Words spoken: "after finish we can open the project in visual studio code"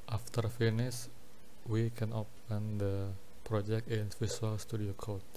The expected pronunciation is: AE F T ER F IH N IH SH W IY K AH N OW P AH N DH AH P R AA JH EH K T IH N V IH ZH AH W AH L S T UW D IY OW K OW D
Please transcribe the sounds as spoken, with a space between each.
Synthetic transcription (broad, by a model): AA F T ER F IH N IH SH W IY K AH N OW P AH N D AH P R AA JH EH K T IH N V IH S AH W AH L S T UW D IY OW K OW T